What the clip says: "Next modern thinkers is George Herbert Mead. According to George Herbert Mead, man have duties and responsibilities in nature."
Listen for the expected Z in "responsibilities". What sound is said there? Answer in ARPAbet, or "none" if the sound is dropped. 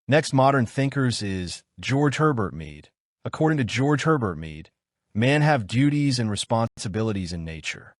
Z